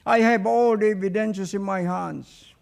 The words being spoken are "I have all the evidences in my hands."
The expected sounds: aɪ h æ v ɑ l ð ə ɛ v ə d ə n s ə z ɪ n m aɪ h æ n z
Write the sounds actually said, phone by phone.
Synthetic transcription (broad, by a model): aɪ h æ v ɑ l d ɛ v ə d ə n ʃ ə s ɪ n m aɪ h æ n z